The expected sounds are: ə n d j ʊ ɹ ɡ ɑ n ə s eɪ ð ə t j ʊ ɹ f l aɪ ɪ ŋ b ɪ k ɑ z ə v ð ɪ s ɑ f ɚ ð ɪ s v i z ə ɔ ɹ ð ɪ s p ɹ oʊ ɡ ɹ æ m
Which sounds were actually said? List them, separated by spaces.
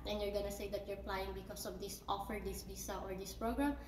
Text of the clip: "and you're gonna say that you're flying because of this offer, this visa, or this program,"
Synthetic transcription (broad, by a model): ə n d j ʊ ɹ ɡ ɑ n ə s eɪ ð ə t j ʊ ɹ p l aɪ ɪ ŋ b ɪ k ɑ s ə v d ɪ s ɑ f ɚ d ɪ s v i s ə ɔ ɹ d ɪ s p ɹ oʊ ɡ ɹ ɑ m